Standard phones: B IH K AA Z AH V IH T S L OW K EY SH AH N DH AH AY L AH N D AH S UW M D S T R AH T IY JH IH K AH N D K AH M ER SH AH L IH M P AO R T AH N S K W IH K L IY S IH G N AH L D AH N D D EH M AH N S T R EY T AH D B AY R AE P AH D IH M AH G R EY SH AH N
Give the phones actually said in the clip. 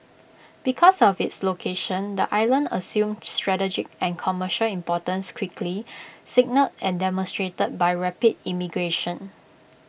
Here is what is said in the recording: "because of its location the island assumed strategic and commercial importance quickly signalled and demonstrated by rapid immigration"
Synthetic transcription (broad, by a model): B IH K AA S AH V IH T S L OW K EY SH AH N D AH AY L AH N D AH S UW M S T R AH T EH JH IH K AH N K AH M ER SH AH L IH M P AO T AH N S K W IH K L IY S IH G N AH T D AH N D D EH M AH N S T R EY T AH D B AY R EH P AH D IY M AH G R EY SH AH N